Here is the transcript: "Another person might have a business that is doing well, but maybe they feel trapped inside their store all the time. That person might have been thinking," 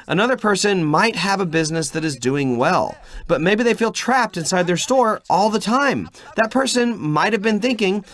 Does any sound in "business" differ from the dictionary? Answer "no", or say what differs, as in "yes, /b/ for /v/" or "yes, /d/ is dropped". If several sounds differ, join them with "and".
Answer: no